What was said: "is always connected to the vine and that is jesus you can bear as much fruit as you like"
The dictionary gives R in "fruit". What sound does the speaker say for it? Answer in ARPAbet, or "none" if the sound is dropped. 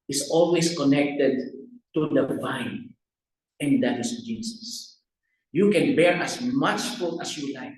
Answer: none